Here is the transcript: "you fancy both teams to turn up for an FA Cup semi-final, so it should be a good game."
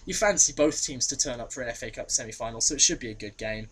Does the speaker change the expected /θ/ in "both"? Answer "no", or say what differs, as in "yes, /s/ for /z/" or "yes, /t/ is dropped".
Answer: no